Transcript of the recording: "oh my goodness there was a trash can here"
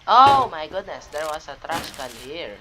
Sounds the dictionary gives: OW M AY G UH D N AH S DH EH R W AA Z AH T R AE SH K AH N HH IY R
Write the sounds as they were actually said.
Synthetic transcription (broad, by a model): OW M AY G UH D N AH S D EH R W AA S AH T R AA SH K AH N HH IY R